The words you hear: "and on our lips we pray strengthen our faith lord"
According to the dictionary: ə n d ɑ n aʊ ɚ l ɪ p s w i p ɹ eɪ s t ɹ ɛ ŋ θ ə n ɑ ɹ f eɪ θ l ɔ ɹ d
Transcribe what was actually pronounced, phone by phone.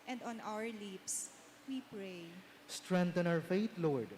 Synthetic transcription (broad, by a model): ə n d ɑ n aʊ ɚ l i p s w i p ɹ eɪ s t ɹ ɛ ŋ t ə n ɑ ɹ f eɪ t l ɔ ɹ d